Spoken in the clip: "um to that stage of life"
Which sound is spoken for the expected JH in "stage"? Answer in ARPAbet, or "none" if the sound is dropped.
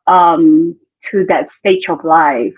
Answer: CH